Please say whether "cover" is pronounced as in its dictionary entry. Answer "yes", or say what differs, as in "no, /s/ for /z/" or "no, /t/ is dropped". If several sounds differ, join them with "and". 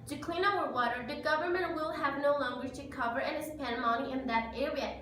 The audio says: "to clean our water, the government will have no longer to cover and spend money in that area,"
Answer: yes